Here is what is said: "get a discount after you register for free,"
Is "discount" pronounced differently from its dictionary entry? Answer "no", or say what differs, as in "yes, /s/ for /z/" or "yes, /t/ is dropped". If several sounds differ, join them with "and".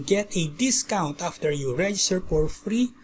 no